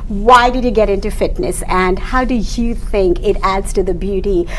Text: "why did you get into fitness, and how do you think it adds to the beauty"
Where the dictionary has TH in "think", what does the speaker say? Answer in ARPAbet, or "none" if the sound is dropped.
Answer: TH